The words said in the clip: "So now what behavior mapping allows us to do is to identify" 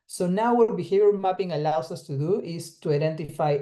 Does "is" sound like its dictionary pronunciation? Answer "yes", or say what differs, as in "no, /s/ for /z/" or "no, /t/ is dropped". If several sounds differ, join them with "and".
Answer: no, /s/ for /z/